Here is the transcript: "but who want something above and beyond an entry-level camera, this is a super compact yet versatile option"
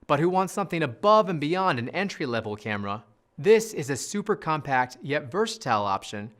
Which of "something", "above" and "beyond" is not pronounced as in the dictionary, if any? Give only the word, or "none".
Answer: none